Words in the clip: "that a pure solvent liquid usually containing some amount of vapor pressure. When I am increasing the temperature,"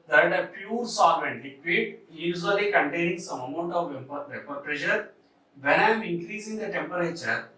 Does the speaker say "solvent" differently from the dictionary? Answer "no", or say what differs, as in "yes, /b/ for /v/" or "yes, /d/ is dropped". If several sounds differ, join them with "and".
yes, /l/ is dropped